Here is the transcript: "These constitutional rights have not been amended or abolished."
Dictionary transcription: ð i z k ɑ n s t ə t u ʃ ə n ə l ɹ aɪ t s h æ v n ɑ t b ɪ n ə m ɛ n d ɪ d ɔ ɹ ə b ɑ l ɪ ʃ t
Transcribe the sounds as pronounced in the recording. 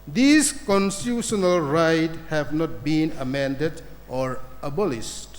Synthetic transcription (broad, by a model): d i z k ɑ n s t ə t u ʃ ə n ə l ɹ aɪ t h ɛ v n ɑ t b ɪ n ə m ɛ n d ɪ d ɔ ɹ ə b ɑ l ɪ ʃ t